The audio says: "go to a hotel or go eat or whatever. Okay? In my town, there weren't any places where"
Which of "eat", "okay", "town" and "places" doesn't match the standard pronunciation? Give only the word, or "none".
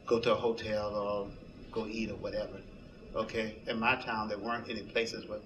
none